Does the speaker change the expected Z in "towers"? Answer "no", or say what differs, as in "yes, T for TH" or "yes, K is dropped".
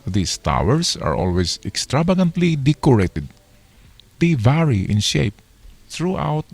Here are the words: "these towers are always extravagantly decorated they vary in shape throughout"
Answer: yes, S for Z